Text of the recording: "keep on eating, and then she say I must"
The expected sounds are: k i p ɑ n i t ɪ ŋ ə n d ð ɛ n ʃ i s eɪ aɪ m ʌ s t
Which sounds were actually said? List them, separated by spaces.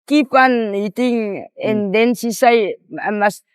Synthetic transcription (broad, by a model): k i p ɑ n i t ɪ ŋ ə n d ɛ n s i s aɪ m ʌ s